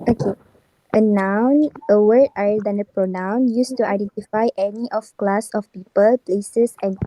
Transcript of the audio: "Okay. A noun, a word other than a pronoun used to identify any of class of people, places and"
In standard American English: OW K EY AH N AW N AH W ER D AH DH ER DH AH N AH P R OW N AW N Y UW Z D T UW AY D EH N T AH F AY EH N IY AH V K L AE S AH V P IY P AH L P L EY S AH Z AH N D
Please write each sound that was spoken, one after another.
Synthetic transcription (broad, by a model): OW K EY AH N AW N AH W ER AA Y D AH N AH P R OW N AW N Y UW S T UW AY D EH N T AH F AY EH N IY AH F K L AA S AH F P IY P AH L P L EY S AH S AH N